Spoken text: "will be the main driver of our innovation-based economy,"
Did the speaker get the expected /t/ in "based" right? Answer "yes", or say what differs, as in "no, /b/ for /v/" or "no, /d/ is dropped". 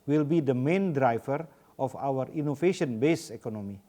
no, /t/ is dropped